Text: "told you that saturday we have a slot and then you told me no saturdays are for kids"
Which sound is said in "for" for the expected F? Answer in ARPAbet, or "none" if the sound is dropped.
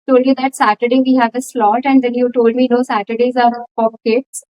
P